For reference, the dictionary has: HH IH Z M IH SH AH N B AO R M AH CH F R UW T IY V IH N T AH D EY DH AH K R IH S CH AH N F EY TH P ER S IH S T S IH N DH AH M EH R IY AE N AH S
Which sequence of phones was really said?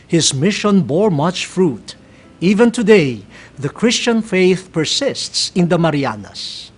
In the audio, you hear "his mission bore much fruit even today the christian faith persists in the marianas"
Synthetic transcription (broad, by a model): HH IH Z M IH SH AH N B AO R M AH CH F R UW T IY V IH N T AH D EY DH AH K R IH S CH AH N F EY TH P ER S IH S T S IH N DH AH M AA R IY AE N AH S